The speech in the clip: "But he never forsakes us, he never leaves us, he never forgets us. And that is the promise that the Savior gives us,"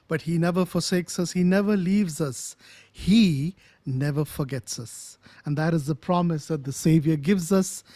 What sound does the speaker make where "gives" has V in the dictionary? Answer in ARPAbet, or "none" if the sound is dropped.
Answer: V